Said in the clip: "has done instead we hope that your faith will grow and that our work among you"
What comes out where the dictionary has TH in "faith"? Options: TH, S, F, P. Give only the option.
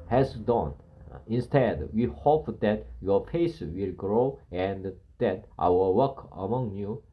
S